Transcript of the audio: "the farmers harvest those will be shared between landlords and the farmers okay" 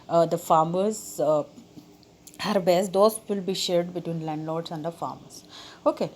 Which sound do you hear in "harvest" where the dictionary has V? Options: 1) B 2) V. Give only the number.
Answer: 1